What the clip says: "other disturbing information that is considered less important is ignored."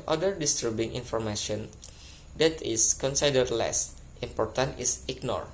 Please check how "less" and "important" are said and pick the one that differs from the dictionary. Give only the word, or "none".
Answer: none